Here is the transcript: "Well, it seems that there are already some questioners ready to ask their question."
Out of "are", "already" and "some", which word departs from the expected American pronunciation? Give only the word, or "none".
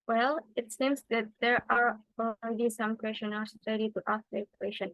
already